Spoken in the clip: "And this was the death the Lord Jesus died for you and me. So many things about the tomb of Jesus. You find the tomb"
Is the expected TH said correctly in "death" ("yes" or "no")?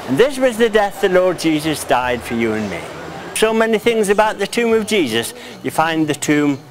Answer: yes